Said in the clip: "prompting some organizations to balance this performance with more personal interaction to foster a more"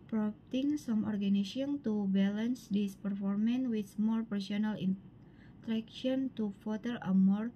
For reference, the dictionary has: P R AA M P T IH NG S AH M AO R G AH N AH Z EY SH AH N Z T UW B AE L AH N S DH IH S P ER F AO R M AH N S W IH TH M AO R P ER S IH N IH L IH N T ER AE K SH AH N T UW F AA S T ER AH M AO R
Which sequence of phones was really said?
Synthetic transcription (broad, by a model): P R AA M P T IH NG S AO M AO R G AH N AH S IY AH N T UW B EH L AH N S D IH S P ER F AO R M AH N W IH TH M AO R P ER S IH N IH L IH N T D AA K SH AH N T UW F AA T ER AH M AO R